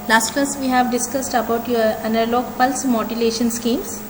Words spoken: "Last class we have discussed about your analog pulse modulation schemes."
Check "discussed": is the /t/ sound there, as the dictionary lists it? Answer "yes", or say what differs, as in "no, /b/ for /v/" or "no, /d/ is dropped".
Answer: yes